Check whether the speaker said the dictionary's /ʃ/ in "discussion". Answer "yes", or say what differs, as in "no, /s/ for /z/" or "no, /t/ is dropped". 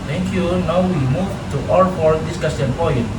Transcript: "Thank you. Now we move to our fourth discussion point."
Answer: no, /s/ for /ʃ/